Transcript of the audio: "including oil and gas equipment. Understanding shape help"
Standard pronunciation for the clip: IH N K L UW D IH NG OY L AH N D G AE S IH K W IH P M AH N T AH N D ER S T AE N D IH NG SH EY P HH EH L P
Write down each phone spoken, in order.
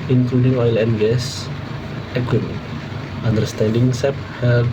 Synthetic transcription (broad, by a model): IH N K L UW D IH NG OY L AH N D G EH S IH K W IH M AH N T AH N D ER S T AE N D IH NG S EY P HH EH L